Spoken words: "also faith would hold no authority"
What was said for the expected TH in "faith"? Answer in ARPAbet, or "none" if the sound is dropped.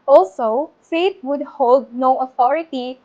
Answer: T